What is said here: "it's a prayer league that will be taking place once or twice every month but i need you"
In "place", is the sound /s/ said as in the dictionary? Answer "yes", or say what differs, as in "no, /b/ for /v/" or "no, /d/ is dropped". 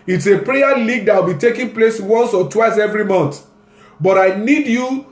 yes